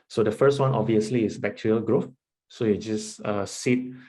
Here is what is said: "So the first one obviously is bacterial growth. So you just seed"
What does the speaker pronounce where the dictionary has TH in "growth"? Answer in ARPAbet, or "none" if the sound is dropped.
F